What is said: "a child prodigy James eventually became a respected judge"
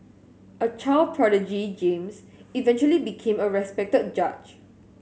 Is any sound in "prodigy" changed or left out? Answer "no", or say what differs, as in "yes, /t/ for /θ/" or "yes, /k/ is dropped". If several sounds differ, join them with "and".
no